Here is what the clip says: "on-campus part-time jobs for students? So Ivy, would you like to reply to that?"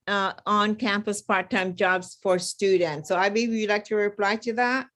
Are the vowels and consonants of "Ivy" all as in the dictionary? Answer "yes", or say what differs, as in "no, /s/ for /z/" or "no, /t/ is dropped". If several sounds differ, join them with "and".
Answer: no, /b/ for /v/